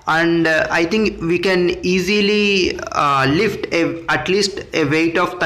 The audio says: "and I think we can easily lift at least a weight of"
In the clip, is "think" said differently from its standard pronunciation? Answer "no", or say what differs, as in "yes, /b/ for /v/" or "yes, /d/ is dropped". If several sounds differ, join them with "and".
yes, /t/ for /θ/